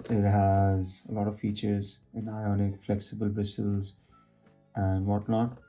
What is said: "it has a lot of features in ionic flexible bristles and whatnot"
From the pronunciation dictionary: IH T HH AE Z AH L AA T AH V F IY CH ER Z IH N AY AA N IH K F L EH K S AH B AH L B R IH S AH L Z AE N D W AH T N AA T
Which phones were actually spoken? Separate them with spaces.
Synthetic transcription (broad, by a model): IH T HH AE Z AH L AA T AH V F IY CH ER Z IH N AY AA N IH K F L EH K S AH B AH L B IH S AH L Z AE N D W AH T N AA T